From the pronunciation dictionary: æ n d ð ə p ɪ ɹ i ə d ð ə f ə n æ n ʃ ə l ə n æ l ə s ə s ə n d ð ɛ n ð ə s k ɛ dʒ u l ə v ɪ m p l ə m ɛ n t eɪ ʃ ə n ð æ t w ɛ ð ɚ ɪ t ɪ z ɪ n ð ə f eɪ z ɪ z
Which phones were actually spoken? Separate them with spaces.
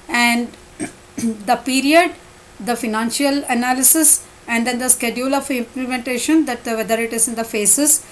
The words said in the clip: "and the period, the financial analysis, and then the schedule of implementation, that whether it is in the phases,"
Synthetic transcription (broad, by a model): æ n d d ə p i ɹ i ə d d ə f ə n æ n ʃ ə l ə n æ l ə s ə s ə n d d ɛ n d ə s k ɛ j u l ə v ɪ m p l ə m ɛ n t eɪ ʃ ə n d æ t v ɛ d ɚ ɪ t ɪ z ɪ n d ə f eɪ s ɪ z